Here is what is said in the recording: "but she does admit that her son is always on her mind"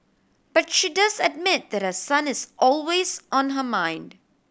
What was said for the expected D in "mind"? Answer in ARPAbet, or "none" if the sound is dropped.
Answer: D